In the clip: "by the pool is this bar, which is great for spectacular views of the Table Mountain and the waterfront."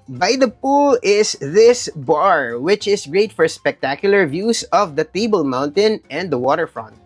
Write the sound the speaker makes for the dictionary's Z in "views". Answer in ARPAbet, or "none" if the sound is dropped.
S